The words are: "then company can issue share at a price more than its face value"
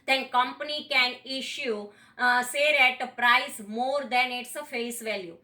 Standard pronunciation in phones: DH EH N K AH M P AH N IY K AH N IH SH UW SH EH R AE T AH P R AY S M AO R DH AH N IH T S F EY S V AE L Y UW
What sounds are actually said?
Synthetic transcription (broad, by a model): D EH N K AH M P AH N IY K AH N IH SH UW S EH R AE T AH P R AY S M AO R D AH N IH T S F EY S V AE L Y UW